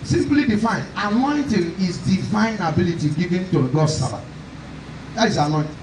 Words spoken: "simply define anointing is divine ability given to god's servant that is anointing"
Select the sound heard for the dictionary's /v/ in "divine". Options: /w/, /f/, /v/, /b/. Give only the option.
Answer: /f/